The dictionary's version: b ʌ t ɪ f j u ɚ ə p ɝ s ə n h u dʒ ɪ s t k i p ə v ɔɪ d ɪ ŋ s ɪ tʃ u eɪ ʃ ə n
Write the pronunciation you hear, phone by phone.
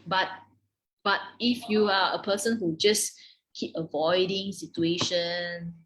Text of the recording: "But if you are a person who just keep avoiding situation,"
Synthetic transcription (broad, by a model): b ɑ t ɪ f j u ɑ ə p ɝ s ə n h u dʒ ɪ s k i p ə v ɔɪ d ɪ ŋ s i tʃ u eɪ ʃ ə n